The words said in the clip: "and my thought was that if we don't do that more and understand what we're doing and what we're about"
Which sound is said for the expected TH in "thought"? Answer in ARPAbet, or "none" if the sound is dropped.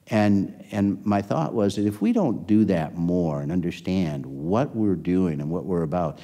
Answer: TH